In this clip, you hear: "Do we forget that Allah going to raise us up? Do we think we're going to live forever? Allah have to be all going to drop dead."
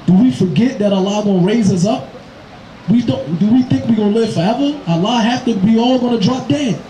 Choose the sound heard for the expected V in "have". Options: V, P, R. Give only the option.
P